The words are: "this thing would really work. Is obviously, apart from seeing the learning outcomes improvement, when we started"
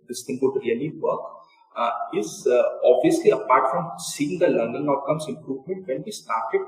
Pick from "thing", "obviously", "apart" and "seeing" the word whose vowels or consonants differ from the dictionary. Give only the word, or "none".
thing